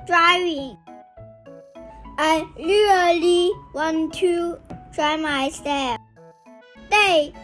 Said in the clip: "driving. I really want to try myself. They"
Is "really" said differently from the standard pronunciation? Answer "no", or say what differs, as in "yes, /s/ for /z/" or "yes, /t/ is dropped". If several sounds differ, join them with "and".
yes, /l/ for /ɹ/